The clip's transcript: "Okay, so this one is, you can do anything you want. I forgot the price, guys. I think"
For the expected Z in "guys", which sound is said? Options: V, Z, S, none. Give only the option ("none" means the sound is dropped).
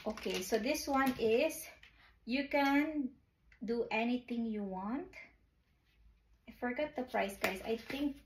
S